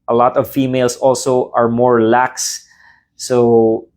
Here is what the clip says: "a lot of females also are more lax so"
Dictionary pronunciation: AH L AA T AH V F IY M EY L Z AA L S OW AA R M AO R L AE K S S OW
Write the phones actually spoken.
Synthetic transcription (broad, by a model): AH L AA T AH V F IY M EY L S AA L S OW AA R M AO R L AE K S S OW